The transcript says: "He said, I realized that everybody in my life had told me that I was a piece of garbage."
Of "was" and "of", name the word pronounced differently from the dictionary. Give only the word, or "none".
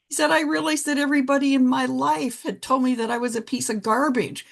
none